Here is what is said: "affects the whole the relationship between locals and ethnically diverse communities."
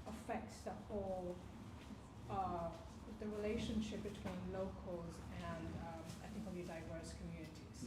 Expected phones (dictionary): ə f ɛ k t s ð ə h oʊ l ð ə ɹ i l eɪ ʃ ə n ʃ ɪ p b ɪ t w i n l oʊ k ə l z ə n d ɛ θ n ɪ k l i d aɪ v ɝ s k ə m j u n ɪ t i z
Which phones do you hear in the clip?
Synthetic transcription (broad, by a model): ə f ɛ k t s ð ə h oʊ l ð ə ɹ i l eɪ ʃ ə n ʃ ɪ p b ɪ t w i n l oʊ k ə l z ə n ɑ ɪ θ ɪ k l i d aɪ v ɝ s k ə m j u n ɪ t i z